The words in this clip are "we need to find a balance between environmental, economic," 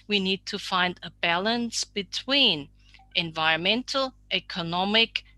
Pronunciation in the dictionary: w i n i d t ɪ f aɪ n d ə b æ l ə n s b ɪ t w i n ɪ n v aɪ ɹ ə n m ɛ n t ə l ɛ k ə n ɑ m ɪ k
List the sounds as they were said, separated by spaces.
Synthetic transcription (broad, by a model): w i n i d t ɪ f aɪ n d ə b æ l ə n s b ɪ t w i n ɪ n v aɪ ɹ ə n m ɛ n t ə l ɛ k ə n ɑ m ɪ k